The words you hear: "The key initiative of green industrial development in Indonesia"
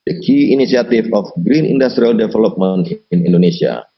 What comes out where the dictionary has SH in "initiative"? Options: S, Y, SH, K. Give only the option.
S